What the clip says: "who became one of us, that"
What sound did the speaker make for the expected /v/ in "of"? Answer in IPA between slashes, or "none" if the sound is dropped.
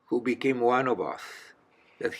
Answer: /b/